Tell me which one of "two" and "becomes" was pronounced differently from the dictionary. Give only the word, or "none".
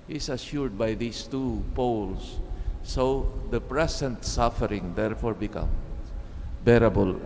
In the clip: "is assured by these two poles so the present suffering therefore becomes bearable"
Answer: becomes